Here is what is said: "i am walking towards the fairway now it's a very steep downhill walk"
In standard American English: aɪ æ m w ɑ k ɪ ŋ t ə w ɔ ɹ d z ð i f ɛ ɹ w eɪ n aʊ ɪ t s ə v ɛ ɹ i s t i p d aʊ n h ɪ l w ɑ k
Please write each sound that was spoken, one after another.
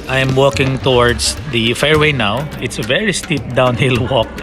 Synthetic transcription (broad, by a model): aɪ m w ɑ k ɪ ŋ t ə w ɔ ɹ d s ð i f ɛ ɹ w eɪ n aʊ ɪ t s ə v ɛ ɹ i s t i p d aʊ n h ɪ l w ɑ k